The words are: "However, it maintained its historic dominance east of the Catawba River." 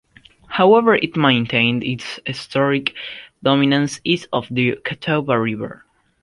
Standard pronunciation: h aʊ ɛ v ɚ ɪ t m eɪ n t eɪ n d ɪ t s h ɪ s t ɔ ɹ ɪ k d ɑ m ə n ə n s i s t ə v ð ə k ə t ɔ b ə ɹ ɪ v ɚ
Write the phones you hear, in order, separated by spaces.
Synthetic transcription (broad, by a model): h aʊ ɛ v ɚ ɪ t m eɪ n t eɪ n d ɪ t s h ɪ s t ɔ ɹ ɪ k d ɑ m ə n ə n s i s ə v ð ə k ə t ɔ b ə ɹ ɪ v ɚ